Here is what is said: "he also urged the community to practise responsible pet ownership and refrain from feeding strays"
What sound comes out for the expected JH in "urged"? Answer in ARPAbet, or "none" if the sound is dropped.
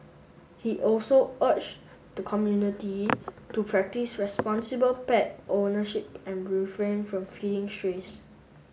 CH